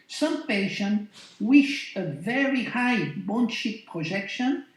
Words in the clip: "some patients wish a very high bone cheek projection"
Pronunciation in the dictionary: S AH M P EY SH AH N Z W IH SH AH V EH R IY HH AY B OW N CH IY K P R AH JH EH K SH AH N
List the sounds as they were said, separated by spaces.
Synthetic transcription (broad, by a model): S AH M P EY SH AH N W IH SH AH V EH R IY HH AY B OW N SH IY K P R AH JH EH K SH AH N